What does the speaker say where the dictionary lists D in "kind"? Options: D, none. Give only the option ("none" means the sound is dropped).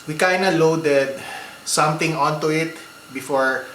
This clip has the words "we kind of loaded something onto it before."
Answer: none